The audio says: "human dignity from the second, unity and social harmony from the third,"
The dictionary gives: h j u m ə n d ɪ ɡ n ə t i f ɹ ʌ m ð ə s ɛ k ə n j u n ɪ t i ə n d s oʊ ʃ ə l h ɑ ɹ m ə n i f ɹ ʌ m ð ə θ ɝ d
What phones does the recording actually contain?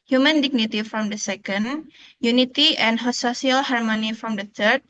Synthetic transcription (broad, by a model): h j u m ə n d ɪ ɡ n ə t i f ɹ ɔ m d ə s ɛ k ə n j u n ɪ t i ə n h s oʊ s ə l h ɑ ɹ m ə n i f ɹ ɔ m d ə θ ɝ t